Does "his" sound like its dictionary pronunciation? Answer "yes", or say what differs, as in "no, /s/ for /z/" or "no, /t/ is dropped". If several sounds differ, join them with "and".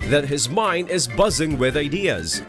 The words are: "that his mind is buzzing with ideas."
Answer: yes